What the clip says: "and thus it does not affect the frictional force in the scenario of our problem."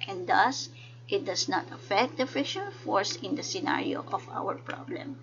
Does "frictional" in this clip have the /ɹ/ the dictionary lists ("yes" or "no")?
no